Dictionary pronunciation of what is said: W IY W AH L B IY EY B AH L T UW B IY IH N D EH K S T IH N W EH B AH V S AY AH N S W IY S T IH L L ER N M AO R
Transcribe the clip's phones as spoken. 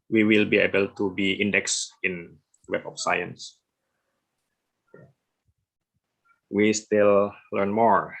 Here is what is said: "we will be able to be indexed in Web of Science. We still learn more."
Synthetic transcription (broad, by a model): W IY W AH L B IY EY B AH L T UW B IY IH N D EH K S IH N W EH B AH F S AY AH N S W IY S T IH L L ER N M AO R